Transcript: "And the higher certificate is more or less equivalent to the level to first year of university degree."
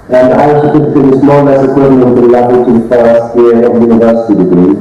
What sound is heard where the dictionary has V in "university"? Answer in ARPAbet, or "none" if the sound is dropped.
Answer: V